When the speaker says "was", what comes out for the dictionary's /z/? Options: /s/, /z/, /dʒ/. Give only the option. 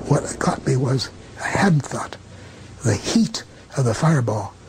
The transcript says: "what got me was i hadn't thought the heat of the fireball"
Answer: /z/